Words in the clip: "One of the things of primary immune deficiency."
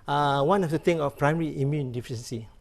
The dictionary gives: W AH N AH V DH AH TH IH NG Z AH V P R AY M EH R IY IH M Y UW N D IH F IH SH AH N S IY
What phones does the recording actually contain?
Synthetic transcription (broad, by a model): W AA N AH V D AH T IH NG AH F P R AY M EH R IY IH M Y UW N D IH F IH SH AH N S IY